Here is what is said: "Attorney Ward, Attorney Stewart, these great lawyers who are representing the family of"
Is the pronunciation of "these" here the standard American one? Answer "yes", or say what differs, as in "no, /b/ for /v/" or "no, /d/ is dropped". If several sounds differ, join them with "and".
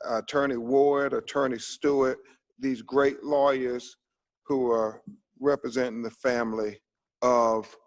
yes